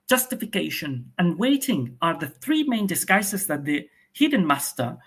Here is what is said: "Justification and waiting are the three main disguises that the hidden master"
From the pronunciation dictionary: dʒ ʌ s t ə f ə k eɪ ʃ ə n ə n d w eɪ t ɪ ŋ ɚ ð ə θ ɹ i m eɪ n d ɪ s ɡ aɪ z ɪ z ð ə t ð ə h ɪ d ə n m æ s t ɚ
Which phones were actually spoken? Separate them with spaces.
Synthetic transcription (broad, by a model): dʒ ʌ s t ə f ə k eɪ ʃ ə n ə n w eɪ t ɪ ŋ ɚ ð ə θ ɹ i m eɪ n d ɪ s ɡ aɪ s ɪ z ð ə t ð ə h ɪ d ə n m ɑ s t ɚ